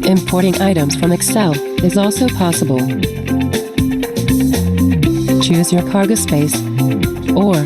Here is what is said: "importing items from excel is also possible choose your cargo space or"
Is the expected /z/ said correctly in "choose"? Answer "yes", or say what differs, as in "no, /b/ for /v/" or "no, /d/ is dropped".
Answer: yes